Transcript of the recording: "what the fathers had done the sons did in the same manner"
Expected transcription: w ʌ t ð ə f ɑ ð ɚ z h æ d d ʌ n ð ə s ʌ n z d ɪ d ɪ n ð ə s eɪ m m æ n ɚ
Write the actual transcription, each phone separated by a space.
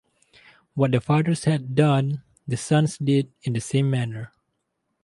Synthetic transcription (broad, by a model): w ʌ t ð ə f ɑ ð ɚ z h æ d d ʌ n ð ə s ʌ n s d ɪ d ɪ n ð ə s eɪ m m æ n ɚ